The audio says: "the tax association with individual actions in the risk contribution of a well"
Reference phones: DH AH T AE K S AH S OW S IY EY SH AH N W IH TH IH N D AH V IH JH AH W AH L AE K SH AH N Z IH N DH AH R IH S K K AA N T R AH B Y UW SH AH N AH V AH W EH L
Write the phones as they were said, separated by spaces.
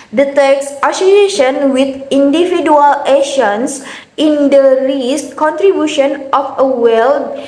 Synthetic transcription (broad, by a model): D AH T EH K S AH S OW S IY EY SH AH N W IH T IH N D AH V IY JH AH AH L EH SH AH N S IH N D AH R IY S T K AA N T R AH B Y UW SH AH N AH F AH W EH L